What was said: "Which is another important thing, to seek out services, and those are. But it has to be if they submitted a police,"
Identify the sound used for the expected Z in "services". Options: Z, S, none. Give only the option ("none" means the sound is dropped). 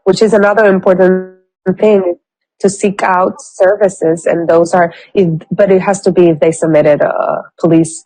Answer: Z